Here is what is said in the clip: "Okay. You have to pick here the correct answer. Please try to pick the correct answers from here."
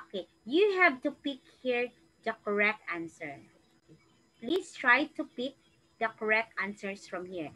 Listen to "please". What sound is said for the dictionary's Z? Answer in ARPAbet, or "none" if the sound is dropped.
S